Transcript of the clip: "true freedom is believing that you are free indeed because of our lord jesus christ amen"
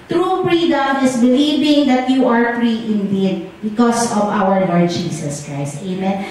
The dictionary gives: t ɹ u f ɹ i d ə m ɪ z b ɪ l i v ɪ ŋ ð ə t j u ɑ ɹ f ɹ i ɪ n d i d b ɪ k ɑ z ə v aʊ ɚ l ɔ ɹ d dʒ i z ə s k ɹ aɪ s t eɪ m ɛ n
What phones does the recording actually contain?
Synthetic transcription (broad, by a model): t ɹ u p ɹ i d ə m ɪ s b ɪ l i v ɪ ŋ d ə t j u ɑ ɹ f ɹ i ɪ n d i d b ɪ k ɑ s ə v aʊ ɚ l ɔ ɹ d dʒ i s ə s k ɹ aɪ s t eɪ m ɛ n